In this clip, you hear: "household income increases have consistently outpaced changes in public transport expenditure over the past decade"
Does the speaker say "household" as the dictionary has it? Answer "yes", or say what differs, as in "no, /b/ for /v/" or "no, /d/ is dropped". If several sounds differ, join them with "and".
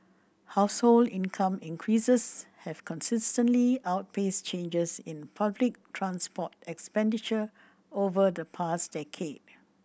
yes